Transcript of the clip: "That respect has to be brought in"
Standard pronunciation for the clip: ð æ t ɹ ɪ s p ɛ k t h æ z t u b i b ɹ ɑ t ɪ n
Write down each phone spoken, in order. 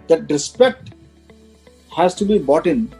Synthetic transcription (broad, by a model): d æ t ɹ ɪ s p ɛ k t h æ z t u b i b ɑ t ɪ n